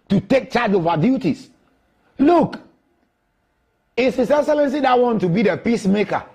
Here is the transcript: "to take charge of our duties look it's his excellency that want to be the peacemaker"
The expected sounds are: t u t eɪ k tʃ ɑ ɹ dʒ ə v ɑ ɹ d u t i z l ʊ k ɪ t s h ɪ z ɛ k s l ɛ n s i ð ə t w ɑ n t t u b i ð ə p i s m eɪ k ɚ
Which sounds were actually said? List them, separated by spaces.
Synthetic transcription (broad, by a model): t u t eɪ k tʃ ɑ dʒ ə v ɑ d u t i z l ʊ k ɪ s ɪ s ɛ s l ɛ n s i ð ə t w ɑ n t t u b i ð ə p i s m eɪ k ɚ